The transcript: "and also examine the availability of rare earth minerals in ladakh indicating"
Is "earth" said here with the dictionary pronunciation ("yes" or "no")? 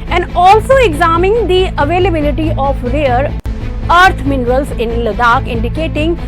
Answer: no